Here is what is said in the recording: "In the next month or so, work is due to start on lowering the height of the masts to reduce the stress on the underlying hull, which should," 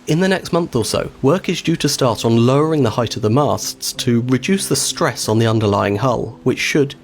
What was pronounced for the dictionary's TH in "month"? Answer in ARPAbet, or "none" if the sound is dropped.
TH